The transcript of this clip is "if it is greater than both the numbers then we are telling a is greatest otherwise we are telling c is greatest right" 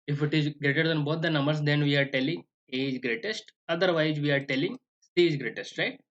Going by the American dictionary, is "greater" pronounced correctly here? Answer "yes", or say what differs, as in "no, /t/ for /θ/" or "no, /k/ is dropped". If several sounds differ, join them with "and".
yes